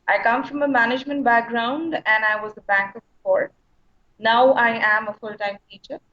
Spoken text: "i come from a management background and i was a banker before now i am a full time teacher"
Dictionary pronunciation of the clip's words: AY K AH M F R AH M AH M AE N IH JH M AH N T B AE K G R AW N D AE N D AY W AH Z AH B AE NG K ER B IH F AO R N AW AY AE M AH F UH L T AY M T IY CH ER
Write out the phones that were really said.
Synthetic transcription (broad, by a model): AY K AH M F R AH M AH M AE N IH JH M AH N T B AE K G R AW N D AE N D AY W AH Z AH B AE NG K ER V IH P AO R N AW AY AE M AH F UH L T AY M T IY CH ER